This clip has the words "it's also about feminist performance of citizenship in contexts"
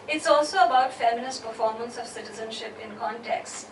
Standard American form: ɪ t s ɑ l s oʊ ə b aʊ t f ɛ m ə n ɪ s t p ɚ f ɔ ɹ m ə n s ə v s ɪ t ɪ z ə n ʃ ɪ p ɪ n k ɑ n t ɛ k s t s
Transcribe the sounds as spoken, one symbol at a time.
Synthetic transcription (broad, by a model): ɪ t s ɑ l s oʊ ə b aʊ t f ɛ m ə n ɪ s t p ɚ f ɔ ɹ m ə n s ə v s ɪ t ɪ z ə n ʃ ɪ p ɪ n k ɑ n t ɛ k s s